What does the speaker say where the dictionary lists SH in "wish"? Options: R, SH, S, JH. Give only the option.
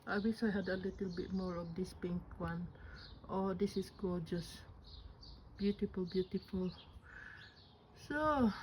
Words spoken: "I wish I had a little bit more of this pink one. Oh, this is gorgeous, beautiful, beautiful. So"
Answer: S